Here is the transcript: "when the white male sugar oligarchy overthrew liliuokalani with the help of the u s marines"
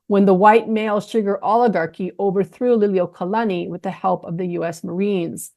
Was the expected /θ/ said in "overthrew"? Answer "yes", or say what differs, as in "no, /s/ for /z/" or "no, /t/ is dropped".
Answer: yes